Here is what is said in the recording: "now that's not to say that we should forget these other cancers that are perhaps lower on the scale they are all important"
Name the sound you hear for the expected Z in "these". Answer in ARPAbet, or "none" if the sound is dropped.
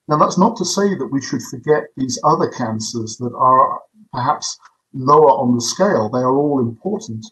Z